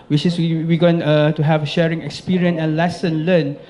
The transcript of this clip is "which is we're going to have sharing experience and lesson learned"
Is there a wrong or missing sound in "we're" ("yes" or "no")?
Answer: yes